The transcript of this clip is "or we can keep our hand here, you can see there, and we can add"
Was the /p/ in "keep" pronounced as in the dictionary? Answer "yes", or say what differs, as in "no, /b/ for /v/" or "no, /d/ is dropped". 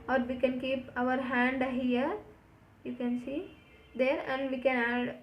yes